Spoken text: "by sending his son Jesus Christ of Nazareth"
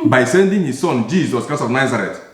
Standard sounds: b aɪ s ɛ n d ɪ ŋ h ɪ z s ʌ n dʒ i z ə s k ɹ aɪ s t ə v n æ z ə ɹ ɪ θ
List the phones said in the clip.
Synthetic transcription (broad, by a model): b aɪ s ɛ n d ɪ ŋ h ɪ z s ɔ n dʒ i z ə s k aɪ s ə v n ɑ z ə ɹ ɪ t